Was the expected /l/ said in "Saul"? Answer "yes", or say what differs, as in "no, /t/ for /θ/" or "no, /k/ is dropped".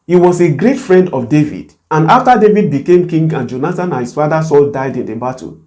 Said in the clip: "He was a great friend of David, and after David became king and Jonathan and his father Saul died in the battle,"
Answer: yes